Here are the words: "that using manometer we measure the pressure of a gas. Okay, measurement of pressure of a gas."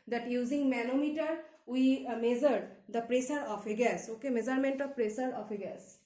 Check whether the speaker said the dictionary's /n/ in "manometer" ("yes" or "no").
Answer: no